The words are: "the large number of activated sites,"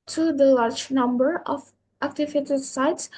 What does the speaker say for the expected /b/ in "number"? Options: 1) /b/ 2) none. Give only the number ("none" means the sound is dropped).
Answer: 1